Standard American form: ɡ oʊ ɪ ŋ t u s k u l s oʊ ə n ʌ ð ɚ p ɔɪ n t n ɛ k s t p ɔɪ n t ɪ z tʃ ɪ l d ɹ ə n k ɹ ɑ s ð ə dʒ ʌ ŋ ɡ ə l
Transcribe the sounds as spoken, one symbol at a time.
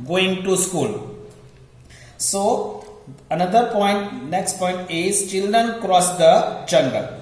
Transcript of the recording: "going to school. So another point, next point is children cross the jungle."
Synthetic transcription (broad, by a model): ɡ oʊ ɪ ŋ t u s k u l s oʊ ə n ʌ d ɚ p ɔɪ n t n ɛ k s t p ɔɪ n t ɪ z tʃ ɪ l d ɹ ə n k ɹ ɑ s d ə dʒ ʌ ŋ ɡ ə l